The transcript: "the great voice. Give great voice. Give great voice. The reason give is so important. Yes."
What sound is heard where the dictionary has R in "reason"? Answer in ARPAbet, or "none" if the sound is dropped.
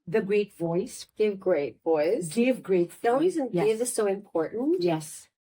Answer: W